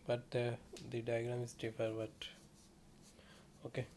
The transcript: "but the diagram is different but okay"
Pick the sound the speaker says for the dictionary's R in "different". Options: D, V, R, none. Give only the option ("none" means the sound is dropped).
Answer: none